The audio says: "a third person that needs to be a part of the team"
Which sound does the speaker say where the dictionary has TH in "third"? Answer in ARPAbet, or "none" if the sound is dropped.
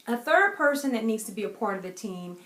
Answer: TH